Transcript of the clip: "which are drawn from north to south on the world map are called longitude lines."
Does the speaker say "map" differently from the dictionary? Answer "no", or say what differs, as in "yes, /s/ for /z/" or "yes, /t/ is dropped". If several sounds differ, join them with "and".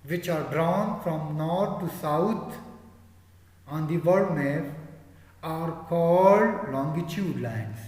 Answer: yes, /f/ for /p/